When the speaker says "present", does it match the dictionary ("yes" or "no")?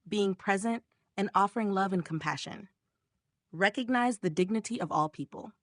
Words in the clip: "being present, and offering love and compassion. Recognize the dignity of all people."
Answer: yes